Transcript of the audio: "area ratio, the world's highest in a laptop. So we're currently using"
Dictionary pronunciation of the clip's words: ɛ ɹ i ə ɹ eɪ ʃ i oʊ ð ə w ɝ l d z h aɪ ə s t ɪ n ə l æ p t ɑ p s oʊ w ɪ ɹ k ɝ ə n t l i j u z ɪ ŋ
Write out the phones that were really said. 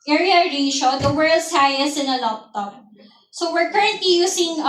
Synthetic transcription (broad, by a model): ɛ ɹ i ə ɹ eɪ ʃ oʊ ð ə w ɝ l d s h aɪ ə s ɪ n ə l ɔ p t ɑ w s oʊ w ɪ ɹ k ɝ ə n t l i j u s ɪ ŋ